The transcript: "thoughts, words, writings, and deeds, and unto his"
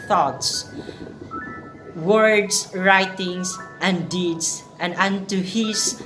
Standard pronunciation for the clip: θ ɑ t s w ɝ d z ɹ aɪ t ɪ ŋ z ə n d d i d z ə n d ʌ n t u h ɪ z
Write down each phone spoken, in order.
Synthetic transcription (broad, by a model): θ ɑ t s w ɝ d s ɹ aɪ t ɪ ŋ s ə n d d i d s ə n d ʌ n t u h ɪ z